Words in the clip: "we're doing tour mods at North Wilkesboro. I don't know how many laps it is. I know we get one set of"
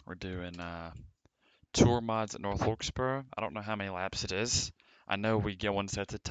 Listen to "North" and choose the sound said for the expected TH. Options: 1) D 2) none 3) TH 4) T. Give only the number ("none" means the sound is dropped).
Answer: 3